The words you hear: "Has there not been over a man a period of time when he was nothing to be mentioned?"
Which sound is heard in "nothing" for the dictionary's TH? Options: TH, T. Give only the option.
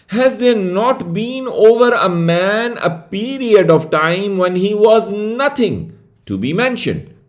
T